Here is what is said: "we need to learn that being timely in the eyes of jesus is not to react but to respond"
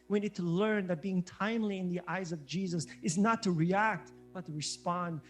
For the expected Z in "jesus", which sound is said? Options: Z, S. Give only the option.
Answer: Z